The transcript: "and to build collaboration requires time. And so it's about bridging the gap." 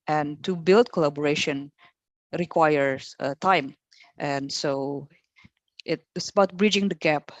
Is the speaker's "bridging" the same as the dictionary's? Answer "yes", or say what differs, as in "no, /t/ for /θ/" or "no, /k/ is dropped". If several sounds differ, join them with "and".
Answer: yes